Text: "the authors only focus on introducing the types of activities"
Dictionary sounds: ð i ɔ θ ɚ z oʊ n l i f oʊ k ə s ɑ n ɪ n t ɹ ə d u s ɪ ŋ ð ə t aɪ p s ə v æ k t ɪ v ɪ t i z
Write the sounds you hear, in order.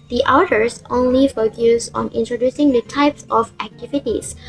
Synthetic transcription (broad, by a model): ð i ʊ t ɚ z oʊ n l i f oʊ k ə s ɑ n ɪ n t ɹ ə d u s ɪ ŋ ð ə t aɪ p s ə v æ k t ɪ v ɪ t i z